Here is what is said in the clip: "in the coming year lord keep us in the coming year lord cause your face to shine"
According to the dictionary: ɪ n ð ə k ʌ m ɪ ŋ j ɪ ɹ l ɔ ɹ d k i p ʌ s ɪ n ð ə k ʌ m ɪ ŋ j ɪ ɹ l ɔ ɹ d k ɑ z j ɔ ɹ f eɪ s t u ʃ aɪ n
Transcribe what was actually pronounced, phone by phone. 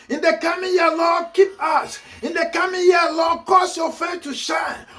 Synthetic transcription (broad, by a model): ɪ n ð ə k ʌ m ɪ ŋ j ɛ l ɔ k i p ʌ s ɪ n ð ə k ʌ m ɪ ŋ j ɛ l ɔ k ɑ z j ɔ f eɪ t u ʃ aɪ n